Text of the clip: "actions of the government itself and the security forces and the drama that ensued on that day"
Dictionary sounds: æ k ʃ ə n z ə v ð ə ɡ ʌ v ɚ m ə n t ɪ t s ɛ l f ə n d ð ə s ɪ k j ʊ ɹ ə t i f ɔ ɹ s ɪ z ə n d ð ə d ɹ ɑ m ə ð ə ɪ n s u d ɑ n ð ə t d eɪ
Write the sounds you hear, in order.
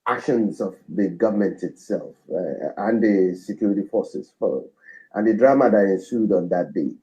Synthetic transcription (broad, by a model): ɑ k ʃ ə n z ə v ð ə ɡ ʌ v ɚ m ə n t ɪ t s ɛ l f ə n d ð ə s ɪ k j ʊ ɹ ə t i f ɔ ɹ s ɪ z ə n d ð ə d ɹ ɑ m ə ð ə ɪ n s u d ɑ n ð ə t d eɪ